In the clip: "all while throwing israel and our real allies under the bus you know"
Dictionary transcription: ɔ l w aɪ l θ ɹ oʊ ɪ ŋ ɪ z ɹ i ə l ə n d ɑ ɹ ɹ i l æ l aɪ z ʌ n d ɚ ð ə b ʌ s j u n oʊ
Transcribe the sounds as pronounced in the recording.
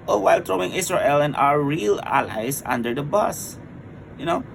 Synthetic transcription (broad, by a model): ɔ w aɪ l t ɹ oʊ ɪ ŋ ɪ s ɹ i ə l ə n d ɑ ɹ ɹ i l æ l aɪ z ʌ n d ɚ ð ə b ʌ s j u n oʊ